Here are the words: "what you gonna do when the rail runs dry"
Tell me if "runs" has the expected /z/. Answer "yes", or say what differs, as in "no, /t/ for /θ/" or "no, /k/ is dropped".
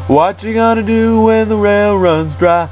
yes